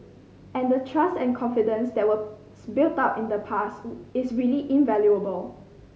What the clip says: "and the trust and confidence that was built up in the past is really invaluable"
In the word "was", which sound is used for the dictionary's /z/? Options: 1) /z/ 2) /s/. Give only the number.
2